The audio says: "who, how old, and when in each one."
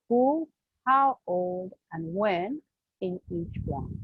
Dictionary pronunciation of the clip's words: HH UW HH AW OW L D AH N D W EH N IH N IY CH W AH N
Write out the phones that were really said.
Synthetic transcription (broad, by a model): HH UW HH AW OW L D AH N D W EH N IH N IY CH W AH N